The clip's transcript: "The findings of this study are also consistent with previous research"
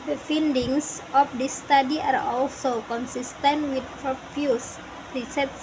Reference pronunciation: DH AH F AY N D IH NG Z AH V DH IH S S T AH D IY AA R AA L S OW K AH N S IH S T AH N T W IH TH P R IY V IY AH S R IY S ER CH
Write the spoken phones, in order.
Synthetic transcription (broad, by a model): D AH F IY N D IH NG S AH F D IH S S T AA D IY AA R AA L S OW K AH N S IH S T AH N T W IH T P R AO F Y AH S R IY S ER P